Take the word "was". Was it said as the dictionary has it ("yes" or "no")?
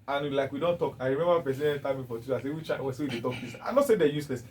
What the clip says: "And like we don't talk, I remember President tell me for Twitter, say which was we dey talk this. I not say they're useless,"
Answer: no